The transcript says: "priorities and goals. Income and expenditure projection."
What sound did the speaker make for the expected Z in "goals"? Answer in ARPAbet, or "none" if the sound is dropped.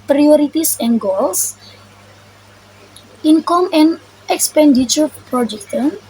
S